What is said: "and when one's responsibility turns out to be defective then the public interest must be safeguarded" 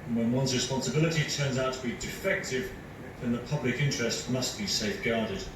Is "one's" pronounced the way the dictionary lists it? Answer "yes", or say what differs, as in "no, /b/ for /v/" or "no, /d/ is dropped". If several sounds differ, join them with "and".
yes